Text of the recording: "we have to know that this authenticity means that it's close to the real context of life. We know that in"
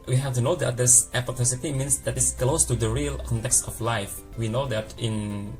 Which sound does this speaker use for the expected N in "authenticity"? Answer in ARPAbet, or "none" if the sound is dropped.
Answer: none